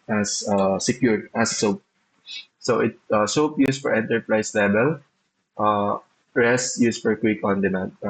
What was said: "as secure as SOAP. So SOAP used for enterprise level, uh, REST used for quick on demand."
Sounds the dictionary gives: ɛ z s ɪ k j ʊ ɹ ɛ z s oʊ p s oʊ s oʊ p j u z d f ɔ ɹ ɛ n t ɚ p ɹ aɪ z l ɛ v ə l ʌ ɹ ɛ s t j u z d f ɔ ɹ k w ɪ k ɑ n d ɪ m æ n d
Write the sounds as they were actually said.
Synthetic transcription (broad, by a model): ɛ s s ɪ k j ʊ ɹ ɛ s s oʊ p s oʊ s oʊ p j u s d f ɔ ɹ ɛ n t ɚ p ɹ aɪ s l ɛ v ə l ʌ ɹ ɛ s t j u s f ɔ ɹ k w ɪ k ɑ n d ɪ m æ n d